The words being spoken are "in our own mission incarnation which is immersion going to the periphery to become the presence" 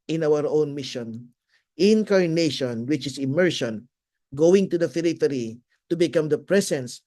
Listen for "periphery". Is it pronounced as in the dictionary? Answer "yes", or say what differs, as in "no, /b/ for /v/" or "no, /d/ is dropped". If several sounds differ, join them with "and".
no, /f/ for /p/